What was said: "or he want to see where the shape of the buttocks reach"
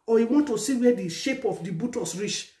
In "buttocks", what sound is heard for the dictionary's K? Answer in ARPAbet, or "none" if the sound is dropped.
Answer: none